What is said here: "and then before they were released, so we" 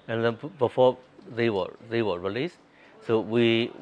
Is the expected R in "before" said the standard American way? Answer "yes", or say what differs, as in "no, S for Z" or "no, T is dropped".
no, W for R